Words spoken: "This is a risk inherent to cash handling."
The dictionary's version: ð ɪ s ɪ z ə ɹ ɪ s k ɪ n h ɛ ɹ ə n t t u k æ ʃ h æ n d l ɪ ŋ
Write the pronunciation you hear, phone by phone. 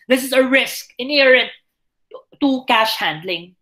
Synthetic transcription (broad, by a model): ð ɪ s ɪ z ə ɹ ɪ s k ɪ n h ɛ ɹ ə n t t u k æ ʃ h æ n d l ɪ ŋ